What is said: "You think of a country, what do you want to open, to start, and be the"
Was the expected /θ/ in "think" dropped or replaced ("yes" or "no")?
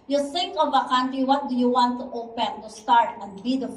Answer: yes